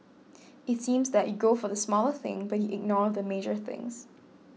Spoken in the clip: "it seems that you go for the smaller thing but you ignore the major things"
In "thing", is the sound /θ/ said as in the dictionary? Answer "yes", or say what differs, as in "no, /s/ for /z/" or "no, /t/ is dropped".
yes